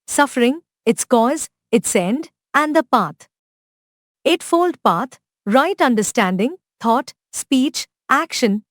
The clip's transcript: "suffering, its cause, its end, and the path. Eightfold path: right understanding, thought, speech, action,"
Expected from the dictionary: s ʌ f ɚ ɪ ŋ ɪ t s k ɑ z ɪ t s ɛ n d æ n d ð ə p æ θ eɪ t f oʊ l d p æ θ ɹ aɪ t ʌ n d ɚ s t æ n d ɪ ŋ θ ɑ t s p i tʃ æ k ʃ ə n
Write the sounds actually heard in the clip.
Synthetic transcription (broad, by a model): s ʌ f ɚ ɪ ŋ ɪ t s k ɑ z ɪ t s ɛ n d æ n d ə p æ t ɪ t f oʊ l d p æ t ɹ aɪ t ʌ n d ɚ s t æ n d ɪ ŋ t ɑ t s p i tʃ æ k ʃ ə n